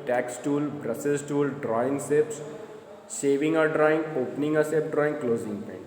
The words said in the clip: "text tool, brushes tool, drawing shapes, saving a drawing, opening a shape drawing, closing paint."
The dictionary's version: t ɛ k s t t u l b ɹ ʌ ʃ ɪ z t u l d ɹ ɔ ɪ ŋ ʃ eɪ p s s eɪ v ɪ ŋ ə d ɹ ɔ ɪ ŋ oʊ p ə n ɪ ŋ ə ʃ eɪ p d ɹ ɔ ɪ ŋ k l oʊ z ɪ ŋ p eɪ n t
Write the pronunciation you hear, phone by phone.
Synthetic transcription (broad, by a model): t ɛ k s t t u l b ɹ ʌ s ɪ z t u l d ɹ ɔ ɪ ŋ s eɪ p s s eɪ v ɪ ŋ ə d ɹ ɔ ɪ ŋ oʊ p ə n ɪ ŋ ə s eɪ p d ɹ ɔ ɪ ŋ k l oʊ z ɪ ŋ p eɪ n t